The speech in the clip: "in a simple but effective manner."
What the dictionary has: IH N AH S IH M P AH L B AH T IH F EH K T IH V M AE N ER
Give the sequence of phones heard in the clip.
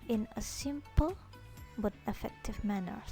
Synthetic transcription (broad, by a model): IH N AH S IH M P AH L B AH T IH F EH K T IH V M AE N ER